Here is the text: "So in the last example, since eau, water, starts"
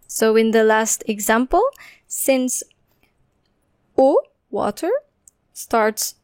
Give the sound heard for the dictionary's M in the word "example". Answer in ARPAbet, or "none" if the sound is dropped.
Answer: M